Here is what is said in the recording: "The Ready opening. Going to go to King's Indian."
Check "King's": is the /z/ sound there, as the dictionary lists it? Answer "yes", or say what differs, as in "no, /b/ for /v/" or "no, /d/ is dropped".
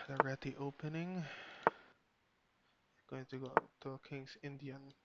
no, /s/ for /z/